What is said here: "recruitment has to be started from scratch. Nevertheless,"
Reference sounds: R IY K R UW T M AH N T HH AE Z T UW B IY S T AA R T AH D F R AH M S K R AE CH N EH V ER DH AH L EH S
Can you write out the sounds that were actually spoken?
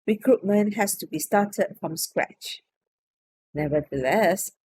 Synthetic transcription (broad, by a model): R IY K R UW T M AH N HH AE S T UW B IY S T AA T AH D F R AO M S K R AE CH N EH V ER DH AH L EH S